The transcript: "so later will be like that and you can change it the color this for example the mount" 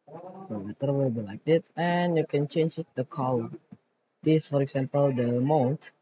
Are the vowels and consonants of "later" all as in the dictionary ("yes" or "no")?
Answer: no